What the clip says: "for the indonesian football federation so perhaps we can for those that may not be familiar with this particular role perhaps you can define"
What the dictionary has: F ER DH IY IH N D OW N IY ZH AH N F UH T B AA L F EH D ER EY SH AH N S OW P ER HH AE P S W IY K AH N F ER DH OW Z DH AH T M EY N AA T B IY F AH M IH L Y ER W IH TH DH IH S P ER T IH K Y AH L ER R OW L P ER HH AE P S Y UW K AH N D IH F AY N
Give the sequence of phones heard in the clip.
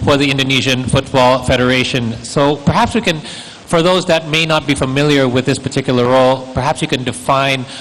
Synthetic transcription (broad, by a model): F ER DH IY IH N D OW N IY ZH AH N F UH T B AA L F EH D ER EY SH AH N S OW P ER HH AE P S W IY K AH N F ER DH OW Z DH AH T M EY N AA T B IY F AH M IH L Y ER W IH DH IH S P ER T IH K Y L ER R OW L P ER HH AE P S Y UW K AH N D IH F AY N